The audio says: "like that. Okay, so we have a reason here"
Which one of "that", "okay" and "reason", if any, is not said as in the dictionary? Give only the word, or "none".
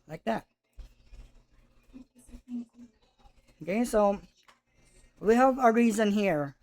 none